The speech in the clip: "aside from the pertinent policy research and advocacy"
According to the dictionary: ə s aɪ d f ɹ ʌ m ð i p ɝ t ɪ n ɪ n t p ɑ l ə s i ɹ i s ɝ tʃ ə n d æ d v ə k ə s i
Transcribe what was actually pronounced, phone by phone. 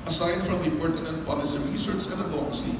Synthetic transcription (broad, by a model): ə s aɪ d f ɹ ʌ m ð i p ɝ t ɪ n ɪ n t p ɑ l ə s i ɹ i s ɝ s ə n d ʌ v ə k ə s i